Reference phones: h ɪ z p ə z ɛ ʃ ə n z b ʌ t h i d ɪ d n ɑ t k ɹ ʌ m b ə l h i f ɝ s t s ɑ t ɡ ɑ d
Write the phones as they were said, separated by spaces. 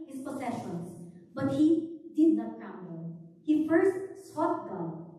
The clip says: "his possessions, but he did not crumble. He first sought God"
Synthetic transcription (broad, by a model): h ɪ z p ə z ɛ ʃ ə n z b ʌ t h i d ɪ d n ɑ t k ʌ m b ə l h i f ɝ s t s ɑ t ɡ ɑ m